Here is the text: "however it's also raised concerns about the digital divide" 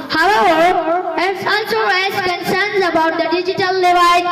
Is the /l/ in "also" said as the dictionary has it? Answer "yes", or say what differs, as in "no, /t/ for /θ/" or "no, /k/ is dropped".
no, /n/ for /l/